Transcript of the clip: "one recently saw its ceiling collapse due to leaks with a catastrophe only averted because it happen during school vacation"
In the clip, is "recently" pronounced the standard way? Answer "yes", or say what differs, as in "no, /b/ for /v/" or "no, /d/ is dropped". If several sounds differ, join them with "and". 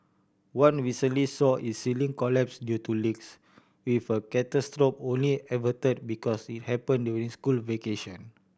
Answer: no, /w/ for /ɹ/ and /n/ is dropped